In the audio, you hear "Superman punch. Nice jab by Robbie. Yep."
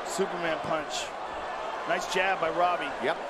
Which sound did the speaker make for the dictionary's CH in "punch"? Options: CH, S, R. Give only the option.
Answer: CH